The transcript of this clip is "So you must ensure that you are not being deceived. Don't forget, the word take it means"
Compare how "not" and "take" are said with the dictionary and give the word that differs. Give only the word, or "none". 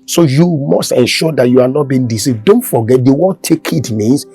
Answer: none